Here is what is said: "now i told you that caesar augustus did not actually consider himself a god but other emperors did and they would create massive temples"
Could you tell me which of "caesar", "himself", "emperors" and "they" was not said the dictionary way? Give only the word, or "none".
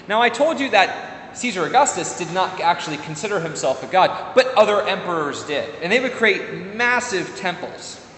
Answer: none